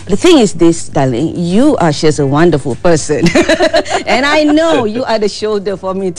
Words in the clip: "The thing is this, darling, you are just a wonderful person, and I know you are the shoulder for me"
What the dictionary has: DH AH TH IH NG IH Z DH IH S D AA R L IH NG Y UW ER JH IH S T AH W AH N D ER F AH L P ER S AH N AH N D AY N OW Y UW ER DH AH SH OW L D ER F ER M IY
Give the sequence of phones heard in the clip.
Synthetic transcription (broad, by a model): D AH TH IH NG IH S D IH S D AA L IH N Y UW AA SH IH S AH W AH N D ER F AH L P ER S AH N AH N AY N OW Y UW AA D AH SH OW L D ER F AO M IY